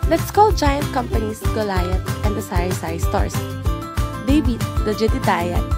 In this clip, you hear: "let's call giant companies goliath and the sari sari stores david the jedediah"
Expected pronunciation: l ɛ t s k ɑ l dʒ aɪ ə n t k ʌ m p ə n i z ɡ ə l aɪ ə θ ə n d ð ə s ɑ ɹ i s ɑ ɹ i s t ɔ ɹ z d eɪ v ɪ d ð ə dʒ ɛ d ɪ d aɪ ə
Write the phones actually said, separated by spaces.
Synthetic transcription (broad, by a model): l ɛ t s k ɑ l dʒ aɪ ə n t k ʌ m p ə n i s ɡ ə l aɪ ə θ ə n d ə s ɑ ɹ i s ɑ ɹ s t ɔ ɹ s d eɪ b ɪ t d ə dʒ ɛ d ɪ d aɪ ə